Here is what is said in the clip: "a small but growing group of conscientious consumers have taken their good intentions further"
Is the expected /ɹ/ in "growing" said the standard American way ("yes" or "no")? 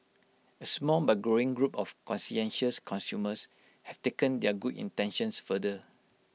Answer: yes